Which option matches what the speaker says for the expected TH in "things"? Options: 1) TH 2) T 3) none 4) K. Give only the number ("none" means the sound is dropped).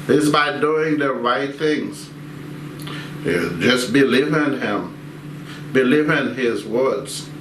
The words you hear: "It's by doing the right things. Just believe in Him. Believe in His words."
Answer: 1